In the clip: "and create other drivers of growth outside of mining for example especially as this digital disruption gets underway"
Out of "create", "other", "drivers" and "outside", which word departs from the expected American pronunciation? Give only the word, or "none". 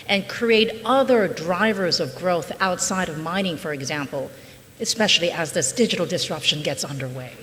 none